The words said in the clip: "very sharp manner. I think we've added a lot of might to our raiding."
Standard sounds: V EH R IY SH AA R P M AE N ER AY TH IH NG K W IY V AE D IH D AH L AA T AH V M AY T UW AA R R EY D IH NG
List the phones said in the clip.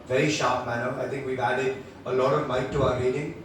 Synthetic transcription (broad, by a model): V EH R IY SH AA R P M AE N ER AY T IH NG K W IY V AE D IH D AH L AA T AH V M AY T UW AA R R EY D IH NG